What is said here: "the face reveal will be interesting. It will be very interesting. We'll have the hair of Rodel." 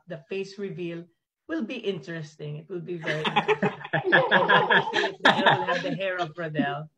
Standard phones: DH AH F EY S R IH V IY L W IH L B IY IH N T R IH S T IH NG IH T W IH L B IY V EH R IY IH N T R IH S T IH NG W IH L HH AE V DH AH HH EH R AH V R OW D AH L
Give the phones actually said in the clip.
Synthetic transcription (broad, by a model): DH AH F EY S R IH V IY L W IH L B IY IH N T R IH S T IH NG IH T W IH L B IY V EH R IY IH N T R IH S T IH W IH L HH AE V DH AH HH EH R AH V R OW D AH L